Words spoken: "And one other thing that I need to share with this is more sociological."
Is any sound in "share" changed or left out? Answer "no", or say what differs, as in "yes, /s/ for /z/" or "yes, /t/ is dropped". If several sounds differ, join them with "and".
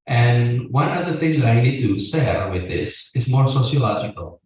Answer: yes, /s/ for /ʃ/